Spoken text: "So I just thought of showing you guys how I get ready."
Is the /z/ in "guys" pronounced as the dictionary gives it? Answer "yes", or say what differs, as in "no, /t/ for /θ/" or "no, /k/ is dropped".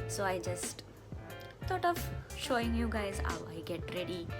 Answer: yes